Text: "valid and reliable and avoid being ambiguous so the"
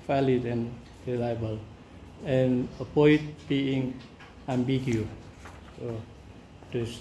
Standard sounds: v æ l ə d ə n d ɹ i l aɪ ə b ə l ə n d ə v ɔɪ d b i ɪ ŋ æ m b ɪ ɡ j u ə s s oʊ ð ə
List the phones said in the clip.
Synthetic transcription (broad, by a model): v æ l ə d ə n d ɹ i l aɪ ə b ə l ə n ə p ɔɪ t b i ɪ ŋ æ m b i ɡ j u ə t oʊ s